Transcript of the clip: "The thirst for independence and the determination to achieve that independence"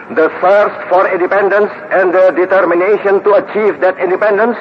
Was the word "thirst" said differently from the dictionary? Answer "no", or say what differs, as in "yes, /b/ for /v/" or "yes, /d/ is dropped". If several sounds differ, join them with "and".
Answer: yes, /f/ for /θ/